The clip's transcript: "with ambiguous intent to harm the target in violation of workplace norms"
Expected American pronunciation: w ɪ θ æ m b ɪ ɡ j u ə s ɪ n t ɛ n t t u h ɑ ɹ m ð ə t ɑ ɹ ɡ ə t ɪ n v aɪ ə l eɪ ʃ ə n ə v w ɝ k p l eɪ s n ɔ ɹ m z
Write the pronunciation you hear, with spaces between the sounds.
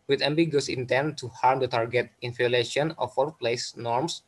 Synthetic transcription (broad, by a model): w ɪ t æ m b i ɡ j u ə s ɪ n t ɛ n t t u h ɑ ɹ m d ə t ɑ ɹ ɡ ə t ɪ n f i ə l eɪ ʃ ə n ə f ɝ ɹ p l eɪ s n ɔ ɹ m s